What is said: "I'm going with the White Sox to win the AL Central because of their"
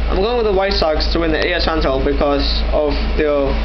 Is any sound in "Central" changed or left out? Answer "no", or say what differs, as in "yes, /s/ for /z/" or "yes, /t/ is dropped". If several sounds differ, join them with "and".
yes, /ɹ/ is dropped